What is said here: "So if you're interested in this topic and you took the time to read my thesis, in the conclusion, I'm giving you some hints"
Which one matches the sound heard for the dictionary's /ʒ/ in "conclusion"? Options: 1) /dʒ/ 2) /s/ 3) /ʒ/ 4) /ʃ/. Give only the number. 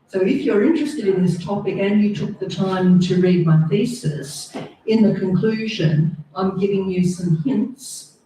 3